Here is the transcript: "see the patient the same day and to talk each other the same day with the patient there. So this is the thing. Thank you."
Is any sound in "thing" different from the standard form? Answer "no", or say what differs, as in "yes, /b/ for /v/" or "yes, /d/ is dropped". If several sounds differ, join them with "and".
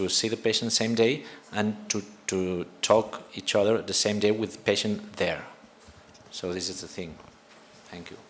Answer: no